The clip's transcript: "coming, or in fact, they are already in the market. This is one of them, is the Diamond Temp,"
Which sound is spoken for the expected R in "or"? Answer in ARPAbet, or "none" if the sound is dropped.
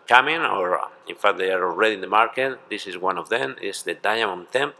R